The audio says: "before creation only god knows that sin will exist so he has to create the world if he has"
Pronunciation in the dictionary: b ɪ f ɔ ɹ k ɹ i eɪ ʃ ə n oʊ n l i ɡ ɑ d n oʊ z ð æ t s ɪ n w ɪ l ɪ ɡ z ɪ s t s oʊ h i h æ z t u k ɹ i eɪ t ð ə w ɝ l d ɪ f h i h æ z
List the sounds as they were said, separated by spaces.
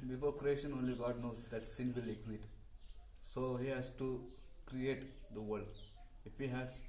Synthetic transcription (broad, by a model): b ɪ f ɔ ɹ k ɹ i eɪ ʃ ə n oʊ n l i ɡ ɑ d n oʊ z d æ t s ɪ n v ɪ l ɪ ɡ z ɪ t s oʊ h i h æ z t u k ɹ i eɪ t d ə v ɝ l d ɪ f h i h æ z